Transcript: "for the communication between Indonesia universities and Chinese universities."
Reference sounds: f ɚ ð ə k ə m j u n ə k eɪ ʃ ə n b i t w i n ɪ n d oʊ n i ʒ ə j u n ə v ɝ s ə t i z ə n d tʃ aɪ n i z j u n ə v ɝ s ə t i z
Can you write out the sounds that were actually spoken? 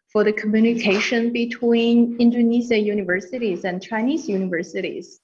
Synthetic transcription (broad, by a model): f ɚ ð ə k ə m j u n ə k eɪ ʃ ə n b i t w i n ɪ n d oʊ n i z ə j u n ə v ɝ s ə t i z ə n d tʃ aɪ n i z j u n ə v ɝ s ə t i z